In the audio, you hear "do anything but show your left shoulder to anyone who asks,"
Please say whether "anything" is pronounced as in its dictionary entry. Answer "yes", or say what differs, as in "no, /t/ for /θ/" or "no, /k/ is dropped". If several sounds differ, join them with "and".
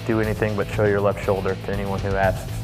yes